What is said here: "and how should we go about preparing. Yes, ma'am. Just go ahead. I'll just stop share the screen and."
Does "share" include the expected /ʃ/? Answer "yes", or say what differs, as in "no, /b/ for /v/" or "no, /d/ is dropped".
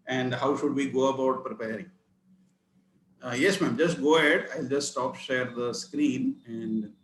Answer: yes